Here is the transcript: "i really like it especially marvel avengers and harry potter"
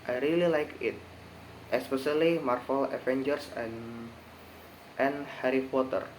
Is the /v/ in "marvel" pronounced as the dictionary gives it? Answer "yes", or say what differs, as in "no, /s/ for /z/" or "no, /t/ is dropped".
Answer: no, /f/ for /v/